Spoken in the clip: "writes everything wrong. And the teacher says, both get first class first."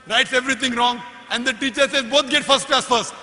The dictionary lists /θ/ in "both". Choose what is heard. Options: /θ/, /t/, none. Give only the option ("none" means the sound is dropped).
/t/